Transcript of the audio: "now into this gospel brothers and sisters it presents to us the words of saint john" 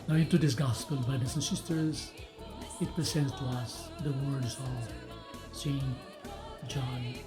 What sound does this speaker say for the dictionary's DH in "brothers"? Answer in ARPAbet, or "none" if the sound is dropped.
none